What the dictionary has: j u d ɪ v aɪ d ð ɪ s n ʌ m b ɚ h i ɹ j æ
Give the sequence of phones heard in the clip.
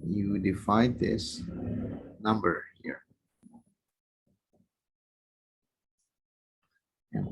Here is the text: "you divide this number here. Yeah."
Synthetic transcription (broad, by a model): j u d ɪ f aɪ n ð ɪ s n ʌ m b ɚ h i ɹ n